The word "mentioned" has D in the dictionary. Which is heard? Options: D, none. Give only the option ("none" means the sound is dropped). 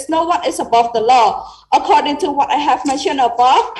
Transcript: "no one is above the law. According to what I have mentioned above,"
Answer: none